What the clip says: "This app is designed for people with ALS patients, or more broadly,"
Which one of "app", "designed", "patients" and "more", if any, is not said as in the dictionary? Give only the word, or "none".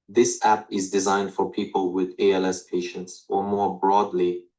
none